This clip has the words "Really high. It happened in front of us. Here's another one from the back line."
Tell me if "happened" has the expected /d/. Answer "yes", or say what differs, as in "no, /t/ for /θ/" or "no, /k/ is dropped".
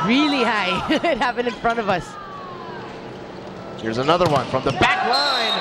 no, /d/ is dropped